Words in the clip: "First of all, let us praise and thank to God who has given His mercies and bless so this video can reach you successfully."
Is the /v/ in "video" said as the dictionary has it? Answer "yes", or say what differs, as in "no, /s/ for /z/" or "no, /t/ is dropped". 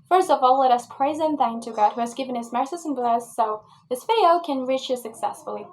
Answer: no, /f/ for /v/